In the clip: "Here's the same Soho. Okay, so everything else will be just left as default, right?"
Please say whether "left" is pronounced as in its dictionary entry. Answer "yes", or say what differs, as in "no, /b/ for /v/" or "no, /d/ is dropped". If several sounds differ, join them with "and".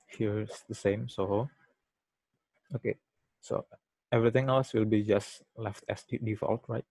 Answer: yes